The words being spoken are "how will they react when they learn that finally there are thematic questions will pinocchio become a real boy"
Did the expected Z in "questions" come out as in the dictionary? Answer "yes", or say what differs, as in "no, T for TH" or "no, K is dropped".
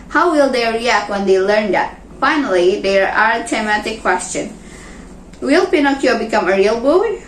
no, Z is dropped